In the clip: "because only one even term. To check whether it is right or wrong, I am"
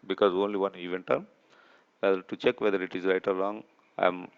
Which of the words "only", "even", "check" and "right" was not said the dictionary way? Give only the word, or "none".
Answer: none